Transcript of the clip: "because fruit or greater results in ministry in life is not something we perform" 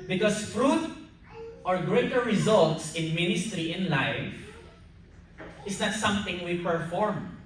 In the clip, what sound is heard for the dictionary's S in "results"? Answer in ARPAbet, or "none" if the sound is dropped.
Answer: S